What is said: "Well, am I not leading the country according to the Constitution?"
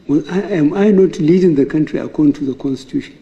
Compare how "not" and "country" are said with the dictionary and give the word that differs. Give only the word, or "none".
none